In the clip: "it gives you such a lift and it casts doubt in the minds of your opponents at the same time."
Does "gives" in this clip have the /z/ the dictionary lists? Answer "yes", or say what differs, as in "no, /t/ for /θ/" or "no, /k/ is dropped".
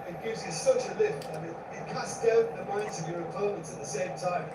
yes